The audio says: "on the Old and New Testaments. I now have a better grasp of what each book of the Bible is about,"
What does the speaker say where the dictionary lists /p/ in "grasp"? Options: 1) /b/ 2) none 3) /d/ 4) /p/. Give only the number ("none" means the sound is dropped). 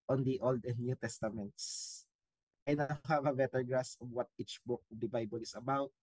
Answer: 2